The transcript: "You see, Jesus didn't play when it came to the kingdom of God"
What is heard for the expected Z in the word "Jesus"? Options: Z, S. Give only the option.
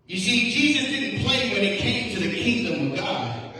Z